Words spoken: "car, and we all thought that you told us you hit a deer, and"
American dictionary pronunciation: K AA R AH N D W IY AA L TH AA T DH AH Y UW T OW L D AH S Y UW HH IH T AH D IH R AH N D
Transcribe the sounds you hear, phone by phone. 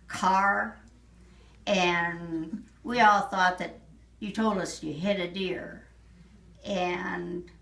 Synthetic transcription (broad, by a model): K AA R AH N W IY AA L TH AA T DH AH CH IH T OW L D AH S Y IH HH IH T AH D IH R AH N